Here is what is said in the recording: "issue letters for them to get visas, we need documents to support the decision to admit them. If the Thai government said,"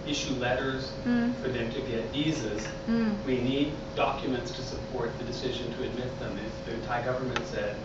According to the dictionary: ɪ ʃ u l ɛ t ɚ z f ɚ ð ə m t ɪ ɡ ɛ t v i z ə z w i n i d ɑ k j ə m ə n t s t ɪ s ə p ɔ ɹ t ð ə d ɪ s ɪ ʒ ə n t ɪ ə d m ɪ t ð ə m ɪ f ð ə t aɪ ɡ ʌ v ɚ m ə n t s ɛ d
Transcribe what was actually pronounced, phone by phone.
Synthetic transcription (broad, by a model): ɪ ʃ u l ɛ t ɚ z f ɚ ð ə m t ɪ ɡ ɛ t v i z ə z w i n i d ɑ k j ə m ə n t s t ɪ s ə p ɔ ɹ t ð ə d ɪ s ɪ ʒ ə n t ɪ ə d m ɪ t ð ə m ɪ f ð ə t aɪ ɡ ʌ v ɚ m ə n t s ɛ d